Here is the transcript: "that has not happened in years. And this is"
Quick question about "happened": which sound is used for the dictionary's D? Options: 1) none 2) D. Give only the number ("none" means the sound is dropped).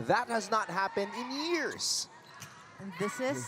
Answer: 2